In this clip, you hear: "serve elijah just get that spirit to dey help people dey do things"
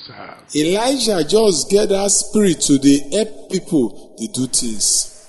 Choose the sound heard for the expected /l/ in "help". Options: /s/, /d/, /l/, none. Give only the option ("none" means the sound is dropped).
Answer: none